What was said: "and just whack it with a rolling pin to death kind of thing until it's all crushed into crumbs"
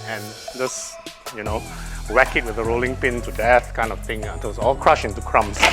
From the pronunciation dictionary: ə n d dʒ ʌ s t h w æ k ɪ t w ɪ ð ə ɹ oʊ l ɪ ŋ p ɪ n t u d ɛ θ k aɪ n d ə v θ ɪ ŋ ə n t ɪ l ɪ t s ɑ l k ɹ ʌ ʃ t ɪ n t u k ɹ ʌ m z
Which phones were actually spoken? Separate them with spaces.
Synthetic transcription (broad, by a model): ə n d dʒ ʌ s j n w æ k ɪ t w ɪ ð ə ɹ oʊ l ɪ ŋ p ɪ n t u d ɛ θ k aɪ n d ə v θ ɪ ŋ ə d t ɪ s ɑ l k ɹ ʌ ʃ ɪ n t u k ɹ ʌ m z